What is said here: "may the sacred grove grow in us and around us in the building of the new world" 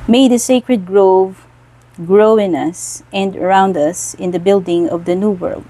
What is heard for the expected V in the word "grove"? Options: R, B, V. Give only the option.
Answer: V